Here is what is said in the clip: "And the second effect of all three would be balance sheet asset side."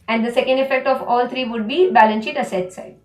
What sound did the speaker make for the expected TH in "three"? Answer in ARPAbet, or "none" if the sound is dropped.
T